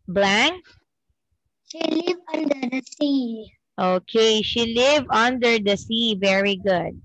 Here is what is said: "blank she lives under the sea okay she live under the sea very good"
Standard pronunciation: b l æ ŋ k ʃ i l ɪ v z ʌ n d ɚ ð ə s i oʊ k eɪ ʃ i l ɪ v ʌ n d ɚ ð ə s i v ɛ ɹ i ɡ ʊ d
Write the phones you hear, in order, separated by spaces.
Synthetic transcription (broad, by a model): b l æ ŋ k ʃ i l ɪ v ʌ n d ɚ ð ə s i oʊ k eɪ ʃ i l ɪ v ʌ n d ɚ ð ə s i v ɛ ɹ i ɡ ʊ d